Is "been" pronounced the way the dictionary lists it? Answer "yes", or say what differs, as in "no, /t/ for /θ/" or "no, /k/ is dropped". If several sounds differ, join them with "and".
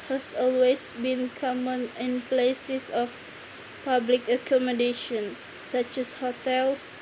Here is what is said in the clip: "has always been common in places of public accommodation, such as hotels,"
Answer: yes